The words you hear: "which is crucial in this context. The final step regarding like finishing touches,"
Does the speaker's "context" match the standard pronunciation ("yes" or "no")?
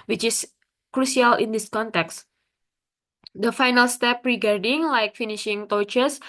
yes